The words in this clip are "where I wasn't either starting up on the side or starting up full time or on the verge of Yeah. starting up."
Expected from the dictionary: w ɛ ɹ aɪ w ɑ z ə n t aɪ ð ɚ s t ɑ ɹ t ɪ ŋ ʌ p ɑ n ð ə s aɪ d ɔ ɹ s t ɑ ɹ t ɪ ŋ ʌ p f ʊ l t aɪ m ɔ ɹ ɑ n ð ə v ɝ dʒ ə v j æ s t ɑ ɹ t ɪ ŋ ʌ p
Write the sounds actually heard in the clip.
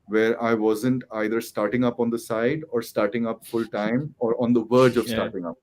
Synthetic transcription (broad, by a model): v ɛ ɹ aɪ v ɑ z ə n t aɪ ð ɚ s t ɑ ɹ t ɪ ŋ ʌ p ɑ n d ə s aɪ d ɔ ɹ s t ɑ ɹ t ɪ ŋ ʌ p f ʊ l t aɪ m ɔ ɹ ɑ n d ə v ɝ dʒ ə v s t ɑ ɹ t ɪ ŋ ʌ p